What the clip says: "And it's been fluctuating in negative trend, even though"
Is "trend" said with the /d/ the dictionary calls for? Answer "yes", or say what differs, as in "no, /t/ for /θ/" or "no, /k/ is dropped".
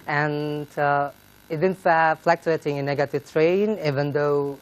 no, /d/ is dropped